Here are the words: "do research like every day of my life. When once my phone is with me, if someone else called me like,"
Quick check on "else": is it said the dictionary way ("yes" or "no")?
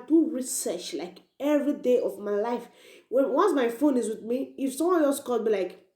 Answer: no